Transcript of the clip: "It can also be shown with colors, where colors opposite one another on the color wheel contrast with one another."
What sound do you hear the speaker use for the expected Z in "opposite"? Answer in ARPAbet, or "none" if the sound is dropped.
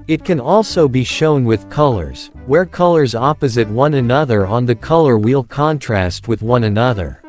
Z